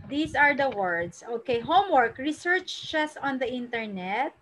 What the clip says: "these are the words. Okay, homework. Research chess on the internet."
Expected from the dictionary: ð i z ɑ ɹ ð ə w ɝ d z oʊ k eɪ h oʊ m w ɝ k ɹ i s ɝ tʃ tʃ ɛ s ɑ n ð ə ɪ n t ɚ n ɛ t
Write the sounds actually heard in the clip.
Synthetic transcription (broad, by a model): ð i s ɑ ɹ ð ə w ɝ d s oʊ k eɪ h oʊ m w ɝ k ɹ i s ɝ tʃ tʃ ɛ s ɑ n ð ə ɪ n t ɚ n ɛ t